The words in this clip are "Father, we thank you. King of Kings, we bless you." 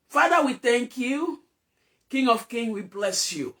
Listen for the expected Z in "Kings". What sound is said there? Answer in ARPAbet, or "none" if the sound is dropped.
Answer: none